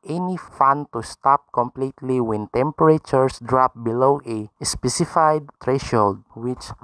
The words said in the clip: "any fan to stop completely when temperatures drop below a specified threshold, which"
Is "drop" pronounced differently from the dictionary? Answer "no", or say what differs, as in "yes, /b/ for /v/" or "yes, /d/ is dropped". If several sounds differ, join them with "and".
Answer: no